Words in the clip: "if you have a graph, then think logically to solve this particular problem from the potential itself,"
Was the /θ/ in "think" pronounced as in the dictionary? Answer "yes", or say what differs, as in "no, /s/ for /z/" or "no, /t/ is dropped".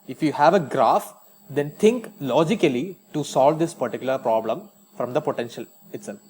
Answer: no, /t/ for /θ/